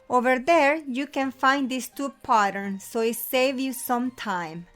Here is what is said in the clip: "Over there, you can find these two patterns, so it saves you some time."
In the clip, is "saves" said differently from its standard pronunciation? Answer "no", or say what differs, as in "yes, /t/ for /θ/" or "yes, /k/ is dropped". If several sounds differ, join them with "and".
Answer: yes, /z/ is dropped